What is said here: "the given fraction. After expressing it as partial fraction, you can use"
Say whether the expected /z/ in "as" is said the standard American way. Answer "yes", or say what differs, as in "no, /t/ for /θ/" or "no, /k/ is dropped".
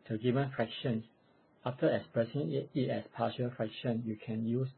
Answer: no, /s/ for /z/